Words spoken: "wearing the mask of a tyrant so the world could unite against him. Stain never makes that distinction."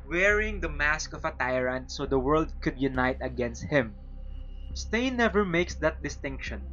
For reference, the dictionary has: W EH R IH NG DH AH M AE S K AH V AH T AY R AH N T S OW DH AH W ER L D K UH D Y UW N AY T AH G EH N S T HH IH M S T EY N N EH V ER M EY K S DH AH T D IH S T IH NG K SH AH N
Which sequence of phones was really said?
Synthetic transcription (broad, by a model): W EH R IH NG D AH M AE S K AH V AH T AY R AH N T S OW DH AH W ER L D K UH D Y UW N AY T AH G EH N S T HH IH M S T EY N N EH V ER M EY K S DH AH T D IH S T IH NG K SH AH N